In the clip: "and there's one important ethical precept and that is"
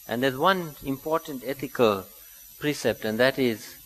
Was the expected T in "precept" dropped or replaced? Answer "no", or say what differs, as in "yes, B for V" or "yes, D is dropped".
no